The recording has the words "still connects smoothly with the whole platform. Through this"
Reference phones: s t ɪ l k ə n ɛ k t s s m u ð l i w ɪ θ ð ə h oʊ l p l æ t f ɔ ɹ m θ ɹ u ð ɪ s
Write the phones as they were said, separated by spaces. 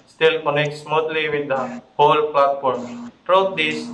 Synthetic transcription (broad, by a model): s t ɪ l k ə n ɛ k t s s m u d l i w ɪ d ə h oʊ l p l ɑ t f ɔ ɹ m t ɹ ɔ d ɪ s